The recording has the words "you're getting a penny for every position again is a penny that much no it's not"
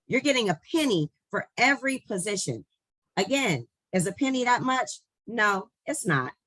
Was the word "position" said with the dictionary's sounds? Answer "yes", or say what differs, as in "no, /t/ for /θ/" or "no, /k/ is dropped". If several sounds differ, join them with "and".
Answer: yes